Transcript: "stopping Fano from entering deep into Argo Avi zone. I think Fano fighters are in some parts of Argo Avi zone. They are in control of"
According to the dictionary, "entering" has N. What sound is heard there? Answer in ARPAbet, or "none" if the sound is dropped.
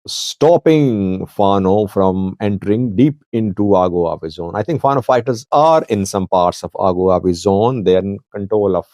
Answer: N